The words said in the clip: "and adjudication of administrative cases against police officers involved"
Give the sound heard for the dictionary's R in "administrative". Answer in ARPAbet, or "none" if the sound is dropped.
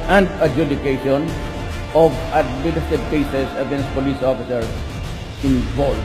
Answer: none